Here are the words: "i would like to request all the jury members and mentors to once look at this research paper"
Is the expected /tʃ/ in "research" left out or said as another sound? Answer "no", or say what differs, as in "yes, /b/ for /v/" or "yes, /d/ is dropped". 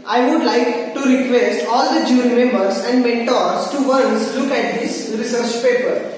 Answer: no